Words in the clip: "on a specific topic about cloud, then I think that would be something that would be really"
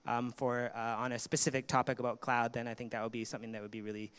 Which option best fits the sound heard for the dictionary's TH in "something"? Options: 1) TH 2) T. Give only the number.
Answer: 1